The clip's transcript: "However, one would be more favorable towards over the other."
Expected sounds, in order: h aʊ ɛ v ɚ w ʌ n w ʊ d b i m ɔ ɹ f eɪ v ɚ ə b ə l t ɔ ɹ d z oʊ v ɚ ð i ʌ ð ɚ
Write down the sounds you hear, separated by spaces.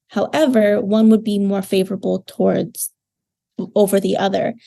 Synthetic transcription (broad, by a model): h aʊ ɛ v ɚ w ʌ n w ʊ d b i m ɔ ɹ f eɪ v ɚ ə b l t ɔ ɹ d z oʊ v ɚ ð i ʌ ð ɚ